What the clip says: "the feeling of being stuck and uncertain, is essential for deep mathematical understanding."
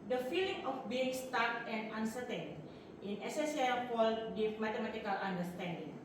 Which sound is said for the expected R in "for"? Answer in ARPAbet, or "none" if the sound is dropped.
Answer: L